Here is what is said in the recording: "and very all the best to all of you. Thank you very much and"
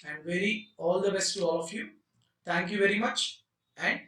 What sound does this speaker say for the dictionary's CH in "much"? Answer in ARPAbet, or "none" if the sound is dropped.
CH